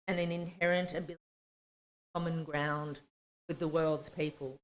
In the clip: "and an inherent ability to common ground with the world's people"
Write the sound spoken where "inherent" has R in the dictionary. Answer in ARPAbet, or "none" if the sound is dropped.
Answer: R